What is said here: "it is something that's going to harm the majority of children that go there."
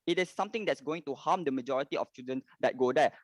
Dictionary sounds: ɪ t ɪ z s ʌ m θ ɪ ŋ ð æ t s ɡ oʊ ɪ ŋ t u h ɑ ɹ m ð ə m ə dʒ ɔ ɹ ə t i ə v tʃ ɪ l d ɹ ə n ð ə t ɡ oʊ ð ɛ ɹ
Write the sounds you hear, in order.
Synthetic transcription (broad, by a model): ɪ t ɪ s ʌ m t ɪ ŋ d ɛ t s ɡ oʊ ɪ ŋ t u h ɑ m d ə m ə dʒ ɔ ɹ ə t i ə f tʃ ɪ d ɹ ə n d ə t ɡ oʊ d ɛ